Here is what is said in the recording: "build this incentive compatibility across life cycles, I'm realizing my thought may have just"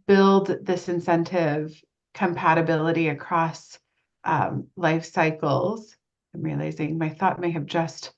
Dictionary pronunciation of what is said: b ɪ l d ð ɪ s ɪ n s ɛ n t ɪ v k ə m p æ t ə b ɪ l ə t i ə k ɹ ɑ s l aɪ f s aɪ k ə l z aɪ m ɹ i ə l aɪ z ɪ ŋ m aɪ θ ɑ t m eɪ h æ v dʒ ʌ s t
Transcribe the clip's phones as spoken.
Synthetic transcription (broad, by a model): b ɪ l d ð ɪ s ɪ n s ɛ n t ɪ v k ə m p æ t ə b ɪ l ə t i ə k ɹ ɑ s l aɪ f s aɪ k l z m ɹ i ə l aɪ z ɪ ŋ m aɪ θ ɑ t m eɪ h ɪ v dʒ ʌ s t